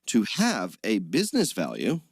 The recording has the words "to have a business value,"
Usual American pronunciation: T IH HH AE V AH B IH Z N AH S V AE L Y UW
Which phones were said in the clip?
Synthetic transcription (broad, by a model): T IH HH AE V AH B IH Z N AH S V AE L Y UW